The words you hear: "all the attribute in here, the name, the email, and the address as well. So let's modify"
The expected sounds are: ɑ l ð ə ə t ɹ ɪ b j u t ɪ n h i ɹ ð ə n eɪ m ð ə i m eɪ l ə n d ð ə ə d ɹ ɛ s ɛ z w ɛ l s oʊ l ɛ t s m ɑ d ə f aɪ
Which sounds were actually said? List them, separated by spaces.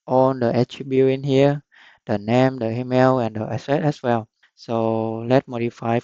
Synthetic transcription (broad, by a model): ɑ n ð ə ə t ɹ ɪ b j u ɪ n h i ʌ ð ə n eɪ m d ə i m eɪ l ə n d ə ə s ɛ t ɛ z w ɛ l s oʊ l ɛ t m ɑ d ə f aɪ